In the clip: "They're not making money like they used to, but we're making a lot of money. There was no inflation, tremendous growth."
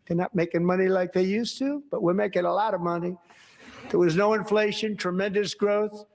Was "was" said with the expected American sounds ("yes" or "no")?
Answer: yes